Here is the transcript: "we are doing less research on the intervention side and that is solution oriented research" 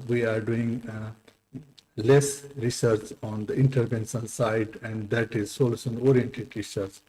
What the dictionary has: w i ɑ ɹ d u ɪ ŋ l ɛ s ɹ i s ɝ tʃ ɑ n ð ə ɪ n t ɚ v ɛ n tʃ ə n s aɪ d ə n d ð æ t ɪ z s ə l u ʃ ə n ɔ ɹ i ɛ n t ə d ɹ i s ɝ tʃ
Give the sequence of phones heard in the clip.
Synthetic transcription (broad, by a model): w i ɑ ɹ d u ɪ ŋ l ɛ s ɹ i s ɝ tʃ ɑ n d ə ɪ n t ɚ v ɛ n s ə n s aɪ d ə n d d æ t ɪ z s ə l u s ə n ɔ ɹ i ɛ n t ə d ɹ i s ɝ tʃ